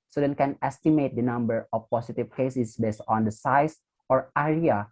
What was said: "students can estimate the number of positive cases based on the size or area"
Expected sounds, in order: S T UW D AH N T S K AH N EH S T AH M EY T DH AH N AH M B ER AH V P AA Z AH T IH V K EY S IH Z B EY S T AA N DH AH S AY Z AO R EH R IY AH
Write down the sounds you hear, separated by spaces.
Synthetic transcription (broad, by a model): S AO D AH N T K AH N EH S T AH M EY T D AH N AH M B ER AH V P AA S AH T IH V K EY S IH S B EY S T AA N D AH S AY S AO R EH R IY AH